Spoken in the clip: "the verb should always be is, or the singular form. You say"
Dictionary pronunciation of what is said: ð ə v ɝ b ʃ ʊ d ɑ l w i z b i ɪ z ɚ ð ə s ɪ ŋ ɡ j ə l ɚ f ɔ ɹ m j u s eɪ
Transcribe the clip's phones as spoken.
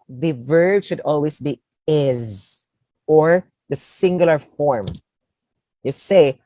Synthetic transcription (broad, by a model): ð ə v ɝ b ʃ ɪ d ɑ l w i z b i ɪ z ɚ ð ə s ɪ ŋ ɡ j l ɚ f ɔ ɹ m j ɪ s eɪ